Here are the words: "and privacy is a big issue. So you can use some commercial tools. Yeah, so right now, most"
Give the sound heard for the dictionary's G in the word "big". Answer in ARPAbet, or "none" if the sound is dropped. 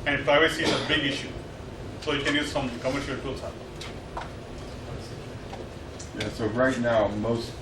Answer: G